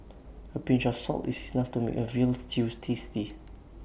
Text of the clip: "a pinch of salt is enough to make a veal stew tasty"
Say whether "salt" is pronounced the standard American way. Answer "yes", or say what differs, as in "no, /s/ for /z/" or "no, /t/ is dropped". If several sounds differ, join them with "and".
yes